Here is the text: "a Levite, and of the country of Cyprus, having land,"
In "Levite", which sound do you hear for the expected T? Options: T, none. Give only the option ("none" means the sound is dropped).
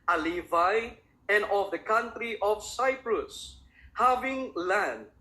none